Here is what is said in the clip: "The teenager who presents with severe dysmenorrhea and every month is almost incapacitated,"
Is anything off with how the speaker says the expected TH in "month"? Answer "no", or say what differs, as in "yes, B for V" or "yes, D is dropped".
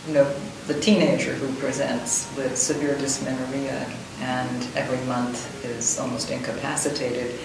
no